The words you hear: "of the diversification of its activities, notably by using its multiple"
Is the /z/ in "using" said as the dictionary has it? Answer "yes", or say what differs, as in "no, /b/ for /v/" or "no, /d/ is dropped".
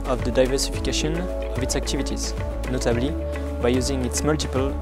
yes